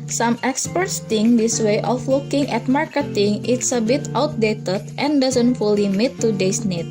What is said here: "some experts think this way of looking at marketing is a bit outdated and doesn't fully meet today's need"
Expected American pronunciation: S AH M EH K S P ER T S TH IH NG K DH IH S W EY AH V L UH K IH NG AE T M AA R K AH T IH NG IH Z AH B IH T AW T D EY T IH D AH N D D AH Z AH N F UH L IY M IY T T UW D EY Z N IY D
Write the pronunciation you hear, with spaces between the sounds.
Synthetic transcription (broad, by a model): S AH M EH K S P ER T S T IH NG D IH S W EY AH F L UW K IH NG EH T M AA R K AH T IH NG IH S AH B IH T AW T D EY T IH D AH N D D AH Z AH N F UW L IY M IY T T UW D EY S N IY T